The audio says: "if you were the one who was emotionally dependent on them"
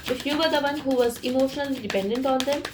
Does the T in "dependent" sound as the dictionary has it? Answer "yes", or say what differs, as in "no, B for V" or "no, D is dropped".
yes